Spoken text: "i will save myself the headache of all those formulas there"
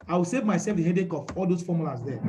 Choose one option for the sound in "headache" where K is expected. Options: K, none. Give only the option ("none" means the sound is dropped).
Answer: K